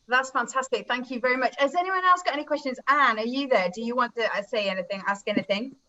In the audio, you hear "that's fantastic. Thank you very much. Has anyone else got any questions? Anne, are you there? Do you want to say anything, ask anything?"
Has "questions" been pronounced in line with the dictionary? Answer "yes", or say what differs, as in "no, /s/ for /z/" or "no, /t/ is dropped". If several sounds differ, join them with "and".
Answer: yes